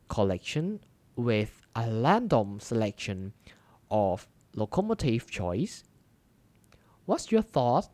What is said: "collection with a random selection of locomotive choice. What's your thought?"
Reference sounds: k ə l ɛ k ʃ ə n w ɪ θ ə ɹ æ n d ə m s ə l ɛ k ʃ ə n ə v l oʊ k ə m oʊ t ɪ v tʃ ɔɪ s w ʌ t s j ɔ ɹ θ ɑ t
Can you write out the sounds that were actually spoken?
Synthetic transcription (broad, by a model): k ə l ɛ k ʃ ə n w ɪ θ ə l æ n d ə m s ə l ɛ k ʃ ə n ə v l oʊ k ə m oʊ t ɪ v tʃ ɔɪ s w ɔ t s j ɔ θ ɑ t